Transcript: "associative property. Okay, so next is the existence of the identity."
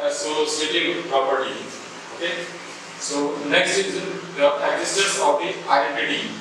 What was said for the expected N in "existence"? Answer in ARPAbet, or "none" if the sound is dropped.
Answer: none